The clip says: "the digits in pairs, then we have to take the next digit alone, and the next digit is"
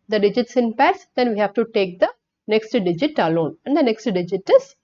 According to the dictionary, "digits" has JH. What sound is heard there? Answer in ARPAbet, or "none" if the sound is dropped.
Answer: JH